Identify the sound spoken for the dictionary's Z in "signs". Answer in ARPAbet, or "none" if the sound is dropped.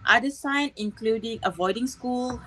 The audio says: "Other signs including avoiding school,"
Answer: none